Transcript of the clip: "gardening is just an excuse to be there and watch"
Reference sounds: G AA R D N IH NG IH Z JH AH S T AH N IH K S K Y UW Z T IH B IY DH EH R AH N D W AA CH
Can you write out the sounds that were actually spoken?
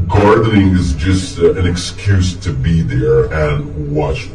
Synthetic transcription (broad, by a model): G AA R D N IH NG IH Z JH AH S T AH N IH K S K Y UW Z T IH B IY DH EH R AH N W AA CH